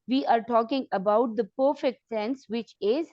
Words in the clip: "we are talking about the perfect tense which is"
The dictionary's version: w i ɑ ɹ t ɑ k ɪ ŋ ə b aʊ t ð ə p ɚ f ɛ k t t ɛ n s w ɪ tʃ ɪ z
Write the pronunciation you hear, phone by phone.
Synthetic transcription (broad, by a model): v i ɑ ɹ t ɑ k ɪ ŋ ə b aʊ t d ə p ɚ f ɛ k t s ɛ n s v ɪ tʃ ɪ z